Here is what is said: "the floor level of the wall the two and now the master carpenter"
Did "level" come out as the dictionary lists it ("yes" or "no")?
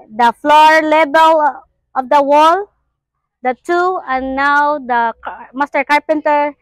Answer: no